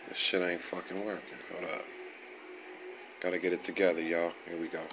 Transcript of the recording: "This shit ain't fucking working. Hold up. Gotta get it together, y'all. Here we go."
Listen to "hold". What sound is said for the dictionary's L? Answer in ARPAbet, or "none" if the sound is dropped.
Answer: none